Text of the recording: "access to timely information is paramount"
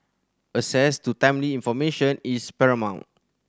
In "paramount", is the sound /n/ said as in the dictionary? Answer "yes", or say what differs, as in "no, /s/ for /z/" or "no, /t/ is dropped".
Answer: yes